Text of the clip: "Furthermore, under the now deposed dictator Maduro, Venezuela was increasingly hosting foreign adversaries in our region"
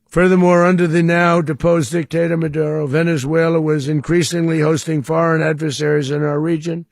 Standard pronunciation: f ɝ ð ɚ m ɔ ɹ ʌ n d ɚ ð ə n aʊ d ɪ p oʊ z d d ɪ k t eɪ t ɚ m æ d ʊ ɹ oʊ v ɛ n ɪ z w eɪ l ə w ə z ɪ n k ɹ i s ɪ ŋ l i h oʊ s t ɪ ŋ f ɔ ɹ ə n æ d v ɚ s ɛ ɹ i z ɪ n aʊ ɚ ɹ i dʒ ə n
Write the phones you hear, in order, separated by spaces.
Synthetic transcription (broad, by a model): f ɝ ð ɚ m ɔ ɹ ʌ n d ɚ ð ə n aʊ d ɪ p oʊ z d d ɪ k t eɪ t ɚ m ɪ d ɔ ɹ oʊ v ɛ n ɪ z w eɪ l ə w ə z ɪ n k ɹ i s ɪ ŋ l i h oʊ s t ɪ ŋ f ɔ ɹ ə n æ d v ɚ s ɛ ɹ i z ɪ n aʊ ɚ ɹ i dʒ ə n